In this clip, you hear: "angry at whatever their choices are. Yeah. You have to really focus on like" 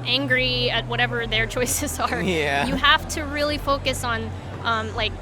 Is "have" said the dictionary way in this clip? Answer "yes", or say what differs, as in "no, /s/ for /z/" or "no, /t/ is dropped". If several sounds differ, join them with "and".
no, /f/ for /v/